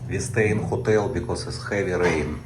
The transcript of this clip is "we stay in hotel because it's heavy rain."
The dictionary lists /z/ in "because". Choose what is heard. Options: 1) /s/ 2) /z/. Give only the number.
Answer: 1